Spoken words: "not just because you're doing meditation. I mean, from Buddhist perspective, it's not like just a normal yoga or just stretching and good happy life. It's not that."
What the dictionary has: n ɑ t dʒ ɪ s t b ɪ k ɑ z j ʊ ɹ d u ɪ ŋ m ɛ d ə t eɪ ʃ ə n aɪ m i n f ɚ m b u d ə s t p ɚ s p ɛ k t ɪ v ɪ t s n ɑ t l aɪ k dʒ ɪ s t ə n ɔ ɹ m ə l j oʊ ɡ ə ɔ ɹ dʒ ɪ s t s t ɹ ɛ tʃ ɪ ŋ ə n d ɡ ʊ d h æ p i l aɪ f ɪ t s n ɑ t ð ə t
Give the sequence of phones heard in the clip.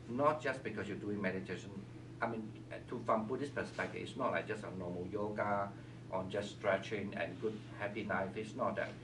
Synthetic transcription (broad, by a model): n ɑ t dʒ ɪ s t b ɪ k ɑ s j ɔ d u ɪ ŋ m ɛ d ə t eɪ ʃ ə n aɪ m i n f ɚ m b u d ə s p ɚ s p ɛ k t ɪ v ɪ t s n ɑ t l aɪ k dʒ ɪ s t ə n ɔ m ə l j oʊ ɡ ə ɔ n dʒ ɪ s t s t ɹ ɛ tʃ ɪ ŋ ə n ɡ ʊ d h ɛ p i n aɪ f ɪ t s n ɑ t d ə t